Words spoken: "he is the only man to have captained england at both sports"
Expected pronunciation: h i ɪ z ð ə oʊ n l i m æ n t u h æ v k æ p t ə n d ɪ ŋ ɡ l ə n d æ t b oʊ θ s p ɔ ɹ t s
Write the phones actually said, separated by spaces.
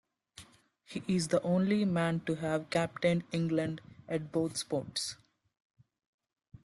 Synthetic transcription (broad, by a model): h i ɪ z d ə oʊ n l i m æ n t u h æ v k æ p t ə n d ɪ ŋ ɡ l ə n d æ t b oʊ t s p ɔ ɹ t s